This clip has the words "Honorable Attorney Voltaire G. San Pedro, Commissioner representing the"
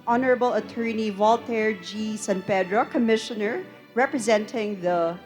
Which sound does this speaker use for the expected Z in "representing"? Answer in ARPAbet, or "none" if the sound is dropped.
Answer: Z